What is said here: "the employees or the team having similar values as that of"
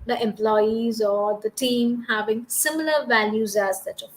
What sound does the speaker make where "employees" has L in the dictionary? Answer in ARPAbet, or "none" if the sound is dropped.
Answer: L